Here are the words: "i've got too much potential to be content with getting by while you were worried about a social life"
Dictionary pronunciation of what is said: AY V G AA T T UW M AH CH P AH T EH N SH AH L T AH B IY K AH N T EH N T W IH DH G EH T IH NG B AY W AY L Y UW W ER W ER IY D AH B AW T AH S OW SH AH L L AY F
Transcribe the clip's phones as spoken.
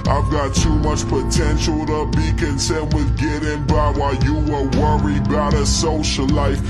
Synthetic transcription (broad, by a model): AY V G AA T T UW M AH CH P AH T EH N SH L T AH B IY K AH N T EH N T W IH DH G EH T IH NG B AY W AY Y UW W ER W ER IY AH B AW T AH S OW SH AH L L AY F